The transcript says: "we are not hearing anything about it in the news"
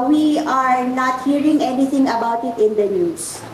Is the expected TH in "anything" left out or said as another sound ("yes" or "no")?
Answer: yes